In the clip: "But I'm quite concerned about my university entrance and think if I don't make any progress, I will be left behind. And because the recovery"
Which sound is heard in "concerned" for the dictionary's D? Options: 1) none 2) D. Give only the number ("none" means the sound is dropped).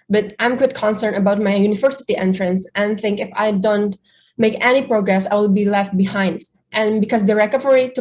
1